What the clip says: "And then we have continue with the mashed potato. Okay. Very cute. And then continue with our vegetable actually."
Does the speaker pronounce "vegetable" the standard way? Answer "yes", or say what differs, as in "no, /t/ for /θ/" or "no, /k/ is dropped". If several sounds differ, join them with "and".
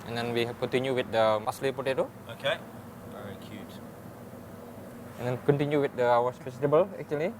no, /f/ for /v/